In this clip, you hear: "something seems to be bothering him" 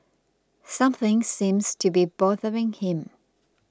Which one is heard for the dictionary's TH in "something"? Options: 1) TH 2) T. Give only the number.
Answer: 1